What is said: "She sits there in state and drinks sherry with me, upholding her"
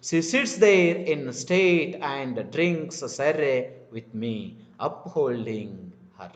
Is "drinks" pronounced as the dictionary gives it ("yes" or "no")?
yes